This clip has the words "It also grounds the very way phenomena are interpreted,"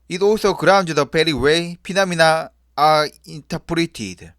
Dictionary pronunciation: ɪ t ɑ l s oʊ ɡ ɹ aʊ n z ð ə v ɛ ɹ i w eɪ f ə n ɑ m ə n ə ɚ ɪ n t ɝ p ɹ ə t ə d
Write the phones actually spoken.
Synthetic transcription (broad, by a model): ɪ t ɑ l s oʊ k ɹ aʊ n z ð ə p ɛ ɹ i w eɪ p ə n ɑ m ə n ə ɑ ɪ n t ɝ p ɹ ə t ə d